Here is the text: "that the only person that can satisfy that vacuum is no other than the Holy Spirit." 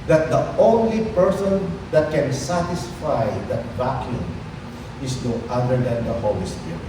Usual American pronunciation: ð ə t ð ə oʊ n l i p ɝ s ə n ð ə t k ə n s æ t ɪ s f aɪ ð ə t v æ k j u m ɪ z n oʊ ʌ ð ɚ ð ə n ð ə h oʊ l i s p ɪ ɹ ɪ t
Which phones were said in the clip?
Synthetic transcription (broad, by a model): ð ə t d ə oʊ n l i p ɝ s ə n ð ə t k ə n s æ t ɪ s f aɪ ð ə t b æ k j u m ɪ s n oʊ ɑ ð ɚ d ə n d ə h oʊ l i s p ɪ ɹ